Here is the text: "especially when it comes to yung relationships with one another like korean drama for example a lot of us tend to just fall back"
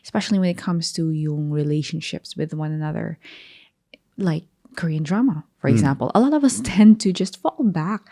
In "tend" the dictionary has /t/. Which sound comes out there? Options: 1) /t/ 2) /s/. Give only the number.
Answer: 1